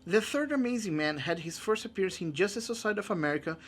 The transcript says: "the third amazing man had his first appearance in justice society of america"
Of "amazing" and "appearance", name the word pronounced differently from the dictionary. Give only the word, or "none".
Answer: none